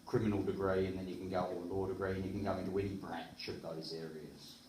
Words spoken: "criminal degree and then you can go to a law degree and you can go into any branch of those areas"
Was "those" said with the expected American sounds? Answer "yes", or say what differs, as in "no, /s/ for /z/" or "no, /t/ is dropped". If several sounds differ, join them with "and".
yes